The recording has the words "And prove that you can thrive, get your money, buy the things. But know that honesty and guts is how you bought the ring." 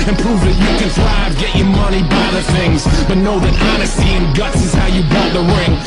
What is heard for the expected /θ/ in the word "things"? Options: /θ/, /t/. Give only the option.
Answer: /θ/